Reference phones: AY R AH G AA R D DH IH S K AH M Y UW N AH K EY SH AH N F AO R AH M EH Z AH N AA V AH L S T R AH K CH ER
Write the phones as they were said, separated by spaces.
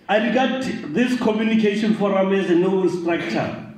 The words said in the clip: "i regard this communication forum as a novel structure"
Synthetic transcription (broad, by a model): AY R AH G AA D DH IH S K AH M Y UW N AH K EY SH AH N F AO R AH M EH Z AH N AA AH S T R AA K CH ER